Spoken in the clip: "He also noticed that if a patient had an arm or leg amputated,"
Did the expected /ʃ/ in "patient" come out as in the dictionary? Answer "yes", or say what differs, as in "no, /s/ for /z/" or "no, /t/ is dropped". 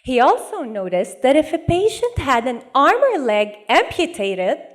yes